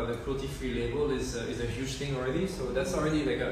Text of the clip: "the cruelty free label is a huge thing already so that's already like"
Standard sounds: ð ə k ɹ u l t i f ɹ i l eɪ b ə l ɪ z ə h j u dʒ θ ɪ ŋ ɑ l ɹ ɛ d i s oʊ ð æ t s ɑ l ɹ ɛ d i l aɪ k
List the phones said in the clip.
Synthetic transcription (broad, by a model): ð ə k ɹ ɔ t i f ɹ i l eɪ b ə l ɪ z ə h j u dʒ t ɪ ŋ ɑ l ɹ ɛ d i s oʊ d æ t s ɑ l ɹ ɛ d i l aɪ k